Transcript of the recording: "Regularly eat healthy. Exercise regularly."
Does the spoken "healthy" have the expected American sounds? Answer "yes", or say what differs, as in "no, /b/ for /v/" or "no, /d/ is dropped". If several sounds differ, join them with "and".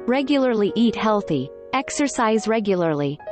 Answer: yes